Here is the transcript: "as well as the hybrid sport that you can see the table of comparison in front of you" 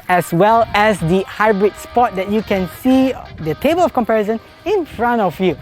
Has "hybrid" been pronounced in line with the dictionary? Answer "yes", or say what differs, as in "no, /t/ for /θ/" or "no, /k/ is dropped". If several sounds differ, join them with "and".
yes